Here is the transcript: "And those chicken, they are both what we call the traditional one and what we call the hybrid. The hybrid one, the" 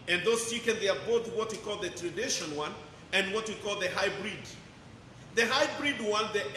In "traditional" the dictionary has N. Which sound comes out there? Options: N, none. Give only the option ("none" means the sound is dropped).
none